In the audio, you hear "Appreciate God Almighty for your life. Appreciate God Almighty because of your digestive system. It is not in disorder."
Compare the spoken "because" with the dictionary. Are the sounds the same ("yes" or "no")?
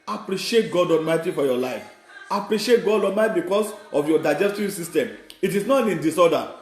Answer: no